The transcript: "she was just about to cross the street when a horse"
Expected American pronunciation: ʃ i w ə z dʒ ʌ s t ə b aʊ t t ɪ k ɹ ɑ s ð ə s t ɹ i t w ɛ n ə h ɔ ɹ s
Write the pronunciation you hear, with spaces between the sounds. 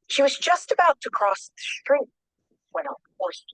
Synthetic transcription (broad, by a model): ʃ i w ə z dʒ ʌ s t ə b aʊ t t ɪ k ɹ ɑ s ð ə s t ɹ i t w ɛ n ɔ